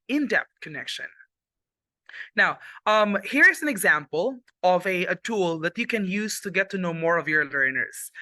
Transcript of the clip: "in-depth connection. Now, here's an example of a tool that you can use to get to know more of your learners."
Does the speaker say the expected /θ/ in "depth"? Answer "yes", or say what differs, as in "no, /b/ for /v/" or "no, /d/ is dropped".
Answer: no, /t/ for /θ/